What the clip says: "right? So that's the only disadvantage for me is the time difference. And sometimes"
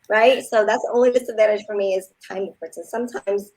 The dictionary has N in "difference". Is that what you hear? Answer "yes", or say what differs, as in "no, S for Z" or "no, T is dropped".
no, N is dropped